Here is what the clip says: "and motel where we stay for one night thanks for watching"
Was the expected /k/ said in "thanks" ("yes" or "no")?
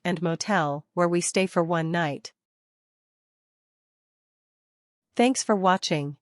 yes